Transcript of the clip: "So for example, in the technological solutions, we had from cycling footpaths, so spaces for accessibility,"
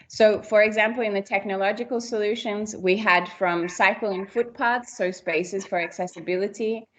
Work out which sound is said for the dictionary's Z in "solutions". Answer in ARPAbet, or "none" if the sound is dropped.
Z